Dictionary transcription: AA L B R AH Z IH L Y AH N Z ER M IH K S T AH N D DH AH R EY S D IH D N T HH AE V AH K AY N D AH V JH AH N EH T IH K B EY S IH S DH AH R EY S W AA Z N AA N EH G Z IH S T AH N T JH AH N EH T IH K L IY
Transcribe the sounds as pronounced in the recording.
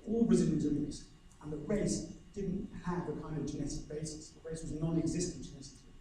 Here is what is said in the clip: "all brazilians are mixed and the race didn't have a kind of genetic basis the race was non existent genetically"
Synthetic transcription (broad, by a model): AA L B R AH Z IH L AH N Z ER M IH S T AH N DH AH R EY S D IH D N T HH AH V AH K AY N D AH V JH AH N EH T IH K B EY S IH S DH AH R EY S W AA Z N AA N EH G Z IH S T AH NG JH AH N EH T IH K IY